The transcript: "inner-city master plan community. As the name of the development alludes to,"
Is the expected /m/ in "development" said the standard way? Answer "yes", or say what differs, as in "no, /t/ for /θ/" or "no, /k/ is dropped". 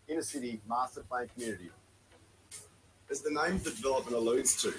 no, /m/ is dropped